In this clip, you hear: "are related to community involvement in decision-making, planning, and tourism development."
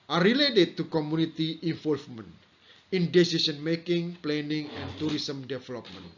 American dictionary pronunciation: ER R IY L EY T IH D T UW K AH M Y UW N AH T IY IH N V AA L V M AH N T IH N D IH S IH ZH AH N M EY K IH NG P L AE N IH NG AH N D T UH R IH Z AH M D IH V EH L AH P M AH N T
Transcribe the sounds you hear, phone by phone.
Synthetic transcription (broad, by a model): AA R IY L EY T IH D T UW K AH M UW N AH T IY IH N F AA L F M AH N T IH N D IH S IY S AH N M EY K IH NG P L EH N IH NG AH N T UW R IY S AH M D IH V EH L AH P M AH N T